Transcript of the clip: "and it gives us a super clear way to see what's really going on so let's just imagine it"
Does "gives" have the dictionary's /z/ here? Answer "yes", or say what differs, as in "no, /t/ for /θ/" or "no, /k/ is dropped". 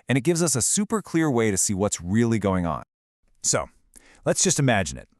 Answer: yes